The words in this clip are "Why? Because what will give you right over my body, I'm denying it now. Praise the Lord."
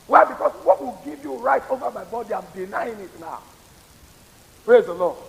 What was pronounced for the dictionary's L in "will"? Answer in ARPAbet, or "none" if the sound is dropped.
L